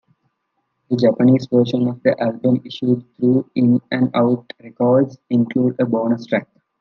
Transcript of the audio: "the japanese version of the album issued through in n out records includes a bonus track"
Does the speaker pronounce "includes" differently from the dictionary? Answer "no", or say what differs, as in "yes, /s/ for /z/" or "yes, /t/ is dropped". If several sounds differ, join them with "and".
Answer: yes, /z/ is dropped